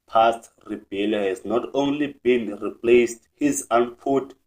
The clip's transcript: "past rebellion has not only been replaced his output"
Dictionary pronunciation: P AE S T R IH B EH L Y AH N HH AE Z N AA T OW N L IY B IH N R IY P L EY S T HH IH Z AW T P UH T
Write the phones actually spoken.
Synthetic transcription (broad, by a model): P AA S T R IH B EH L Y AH HH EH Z N AA T OW N L IY B IH N R IY P L EY S T HH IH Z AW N P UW T